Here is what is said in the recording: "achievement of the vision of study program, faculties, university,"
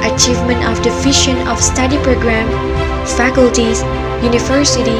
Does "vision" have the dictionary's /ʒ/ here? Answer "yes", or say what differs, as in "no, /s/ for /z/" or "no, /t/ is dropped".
no, /ʃ/ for /ʒ/